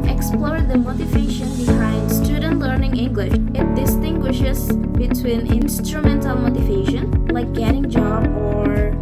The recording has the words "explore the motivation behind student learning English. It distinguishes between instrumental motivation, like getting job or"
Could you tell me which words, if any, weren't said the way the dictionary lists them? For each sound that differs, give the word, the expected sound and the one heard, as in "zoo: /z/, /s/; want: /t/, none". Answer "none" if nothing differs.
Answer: instrumental: /l/, /n/